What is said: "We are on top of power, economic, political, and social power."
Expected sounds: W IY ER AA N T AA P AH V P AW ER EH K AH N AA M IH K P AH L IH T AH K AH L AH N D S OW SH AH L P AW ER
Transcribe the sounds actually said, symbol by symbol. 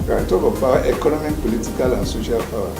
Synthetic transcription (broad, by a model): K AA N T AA B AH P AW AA EH K AH N AA M IH K P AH L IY T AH K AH L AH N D S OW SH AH L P AW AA